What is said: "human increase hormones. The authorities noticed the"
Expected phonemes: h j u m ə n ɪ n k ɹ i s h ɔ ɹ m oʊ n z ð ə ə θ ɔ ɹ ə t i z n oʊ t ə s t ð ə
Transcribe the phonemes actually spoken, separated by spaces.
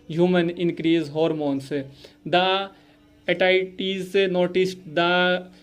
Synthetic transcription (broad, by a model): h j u m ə n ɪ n k ɹ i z h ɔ ɹ m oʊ n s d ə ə t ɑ ə t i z n oʊ t ə s t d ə